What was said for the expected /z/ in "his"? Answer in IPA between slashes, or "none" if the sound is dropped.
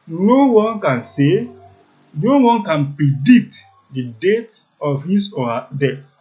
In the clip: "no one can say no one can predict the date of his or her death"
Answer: /s/